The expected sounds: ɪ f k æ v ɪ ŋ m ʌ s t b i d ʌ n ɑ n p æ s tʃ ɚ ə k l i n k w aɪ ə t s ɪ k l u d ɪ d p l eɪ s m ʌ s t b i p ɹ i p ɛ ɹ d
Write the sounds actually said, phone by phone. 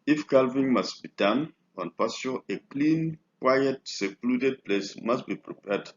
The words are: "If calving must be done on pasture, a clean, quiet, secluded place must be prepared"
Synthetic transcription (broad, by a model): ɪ f k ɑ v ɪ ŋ m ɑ s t b i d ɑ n ɑ n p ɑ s ɚ ə k l i n k w aɪ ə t s ɪ k l u d ɪ d p l eɪ s m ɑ s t b i p ɹ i p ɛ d